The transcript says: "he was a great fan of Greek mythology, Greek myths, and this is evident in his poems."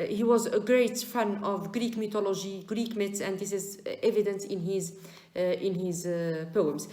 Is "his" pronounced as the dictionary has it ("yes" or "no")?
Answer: yes